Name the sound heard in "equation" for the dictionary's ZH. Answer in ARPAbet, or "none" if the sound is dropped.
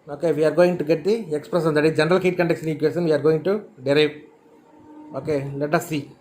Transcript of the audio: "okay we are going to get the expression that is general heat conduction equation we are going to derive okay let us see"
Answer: S